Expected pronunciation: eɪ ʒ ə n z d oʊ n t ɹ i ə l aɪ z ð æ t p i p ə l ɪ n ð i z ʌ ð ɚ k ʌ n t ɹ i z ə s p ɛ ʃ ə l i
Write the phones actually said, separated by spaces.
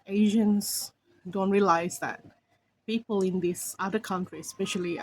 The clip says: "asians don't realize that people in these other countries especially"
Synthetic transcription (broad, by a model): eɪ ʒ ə n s d oʊ n t ɹ i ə l aɪ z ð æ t p i p ə l ɪ n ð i s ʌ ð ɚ k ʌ n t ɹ i ə s p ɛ ʃ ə l i